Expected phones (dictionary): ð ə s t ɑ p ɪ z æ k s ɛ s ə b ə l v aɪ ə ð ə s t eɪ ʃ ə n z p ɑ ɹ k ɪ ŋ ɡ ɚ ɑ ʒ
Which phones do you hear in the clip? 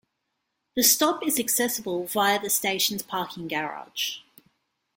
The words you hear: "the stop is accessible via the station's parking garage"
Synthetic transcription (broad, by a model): ð ə s t ɑ p ɪ z æ k s ɛ s ə b ə l v aɪ ə ð ə s t eɪ ʃ ə n z p ɑ k ɪ ŋ ɡ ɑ ɑ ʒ